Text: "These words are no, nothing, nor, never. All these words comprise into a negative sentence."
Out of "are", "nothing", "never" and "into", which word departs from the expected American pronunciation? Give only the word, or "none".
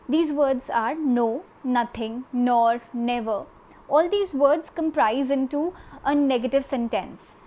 nothing